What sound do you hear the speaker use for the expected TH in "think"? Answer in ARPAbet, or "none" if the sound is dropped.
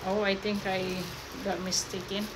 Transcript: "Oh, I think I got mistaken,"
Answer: T